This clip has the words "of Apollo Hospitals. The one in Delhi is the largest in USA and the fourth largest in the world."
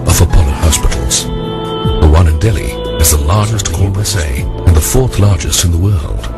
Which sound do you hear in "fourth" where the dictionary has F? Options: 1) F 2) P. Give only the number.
1